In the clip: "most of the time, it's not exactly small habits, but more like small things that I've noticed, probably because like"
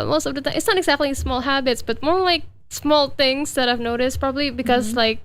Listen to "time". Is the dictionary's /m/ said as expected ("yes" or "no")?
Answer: no